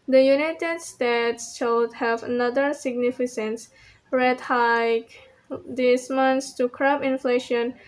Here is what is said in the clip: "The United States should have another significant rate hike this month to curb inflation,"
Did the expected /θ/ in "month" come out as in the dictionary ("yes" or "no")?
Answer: no